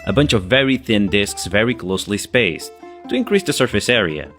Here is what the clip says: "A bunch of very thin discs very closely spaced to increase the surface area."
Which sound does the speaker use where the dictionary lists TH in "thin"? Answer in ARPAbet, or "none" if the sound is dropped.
TH